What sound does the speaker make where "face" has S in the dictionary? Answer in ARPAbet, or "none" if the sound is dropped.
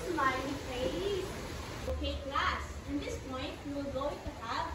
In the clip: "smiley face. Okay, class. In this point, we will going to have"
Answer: none